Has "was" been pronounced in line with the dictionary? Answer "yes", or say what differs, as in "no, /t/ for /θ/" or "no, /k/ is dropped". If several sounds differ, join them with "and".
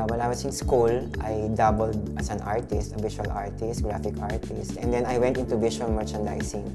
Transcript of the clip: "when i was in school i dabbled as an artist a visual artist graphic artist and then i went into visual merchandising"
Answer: no, /s/ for /z/